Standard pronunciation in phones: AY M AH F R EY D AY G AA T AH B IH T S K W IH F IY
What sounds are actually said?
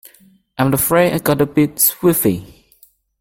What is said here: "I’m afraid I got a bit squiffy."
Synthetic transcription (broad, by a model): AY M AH F R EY AY G AA T AH B IH T S W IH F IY